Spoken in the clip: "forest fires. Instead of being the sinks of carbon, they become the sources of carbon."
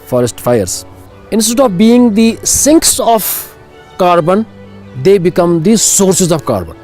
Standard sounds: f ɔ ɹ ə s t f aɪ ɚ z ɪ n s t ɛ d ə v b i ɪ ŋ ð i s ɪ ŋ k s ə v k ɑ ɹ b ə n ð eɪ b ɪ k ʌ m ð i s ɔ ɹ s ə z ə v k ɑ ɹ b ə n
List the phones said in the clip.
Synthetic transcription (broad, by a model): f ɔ ɹ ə s t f aɪ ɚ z ɪ n s t ɛ d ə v b i ɪ ŋ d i s ɪ ŋ k s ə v k ɑ ɹ b ə n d eɪ b ɪ k ʌ m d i s ɔ ɹ s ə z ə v k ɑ ɹ b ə n